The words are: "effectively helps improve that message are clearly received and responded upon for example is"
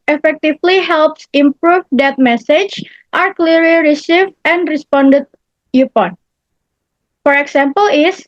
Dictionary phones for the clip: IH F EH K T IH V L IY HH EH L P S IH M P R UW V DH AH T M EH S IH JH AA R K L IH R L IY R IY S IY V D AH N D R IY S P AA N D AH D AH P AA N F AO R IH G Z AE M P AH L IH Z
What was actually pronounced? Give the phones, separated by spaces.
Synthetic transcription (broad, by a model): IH F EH K T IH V L IY HH EH L P S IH M P R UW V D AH T M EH S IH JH AA R K L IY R L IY R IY S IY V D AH N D R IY S P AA N D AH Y AH P AA N F AO R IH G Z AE M P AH L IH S